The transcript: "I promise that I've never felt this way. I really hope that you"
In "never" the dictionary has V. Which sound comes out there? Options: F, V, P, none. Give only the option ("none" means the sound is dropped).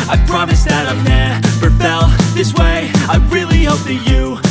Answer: P